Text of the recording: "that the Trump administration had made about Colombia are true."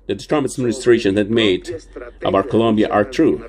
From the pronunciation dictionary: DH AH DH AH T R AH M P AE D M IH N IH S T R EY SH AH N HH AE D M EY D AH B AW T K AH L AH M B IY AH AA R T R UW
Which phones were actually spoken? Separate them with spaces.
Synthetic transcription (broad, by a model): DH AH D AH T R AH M AE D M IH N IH S T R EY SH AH N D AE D M EY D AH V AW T K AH L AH M B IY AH AA R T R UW